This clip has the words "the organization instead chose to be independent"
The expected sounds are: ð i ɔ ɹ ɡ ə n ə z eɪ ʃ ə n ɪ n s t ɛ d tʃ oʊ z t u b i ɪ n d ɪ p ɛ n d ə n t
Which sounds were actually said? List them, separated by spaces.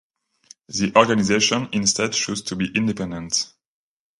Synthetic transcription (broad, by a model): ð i ɔ ɹ ɡ ə n ə z eɪ ʃ ə n ɪ n s t ɛ d ʃ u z t u b i ɪ n d ɪ p ɛ n d ə n t